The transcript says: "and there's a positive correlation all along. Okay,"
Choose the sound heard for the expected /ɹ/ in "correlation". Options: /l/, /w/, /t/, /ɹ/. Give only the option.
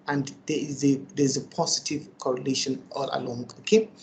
/ɹ/